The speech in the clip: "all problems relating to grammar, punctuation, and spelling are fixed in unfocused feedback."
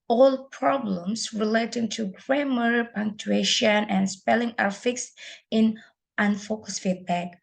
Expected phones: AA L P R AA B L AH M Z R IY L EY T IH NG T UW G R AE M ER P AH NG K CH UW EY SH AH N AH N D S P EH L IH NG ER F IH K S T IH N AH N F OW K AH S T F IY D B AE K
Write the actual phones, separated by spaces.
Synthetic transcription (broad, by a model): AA L P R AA B L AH M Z R IY L EY T IH NG T UW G R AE M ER P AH NG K CH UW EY SH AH N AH N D S P EH L IH NG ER F IH K S T IH N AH N F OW K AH S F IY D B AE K